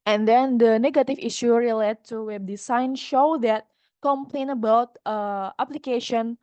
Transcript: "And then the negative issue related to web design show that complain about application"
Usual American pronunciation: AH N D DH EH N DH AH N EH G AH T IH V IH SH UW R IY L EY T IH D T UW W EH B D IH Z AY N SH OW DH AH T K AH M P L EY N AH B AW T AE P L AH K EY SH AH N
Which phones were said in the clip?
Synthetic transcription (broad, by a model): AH N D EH N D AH N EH G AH T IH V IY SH UW R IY L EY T T UW W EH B D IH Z AY N SH OW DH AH T K AH M P L EY N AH B AW T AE P L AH K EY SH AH N